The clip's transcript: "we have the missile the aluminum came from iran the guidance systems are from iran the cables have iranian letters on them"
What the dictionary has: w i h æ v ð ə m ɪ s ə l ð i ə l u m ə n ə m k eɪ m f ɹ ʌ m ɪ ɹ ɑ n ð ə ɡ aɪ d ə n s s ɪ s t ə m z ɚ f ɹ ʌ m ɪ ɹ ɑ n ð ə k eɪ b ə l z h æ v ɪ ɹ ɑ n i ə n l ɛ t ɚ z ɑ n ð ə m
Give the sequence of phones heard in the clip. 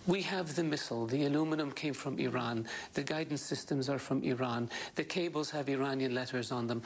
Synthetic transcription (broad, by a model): w i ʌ v ð ə m ɪ s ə l ð i ə l u m ə n ə m k eɪ m f ɹ ʌ m ɪ ɹ ɑ n ð ə ɡ aɪ d n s s ɪ s t ə m z ɚ f ɹ ʌ m ɪ ɹ ɑ n ð ə k eɪ b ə l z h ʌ v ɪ ɹ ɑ n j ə n l ɛ t ɚ z n ð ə m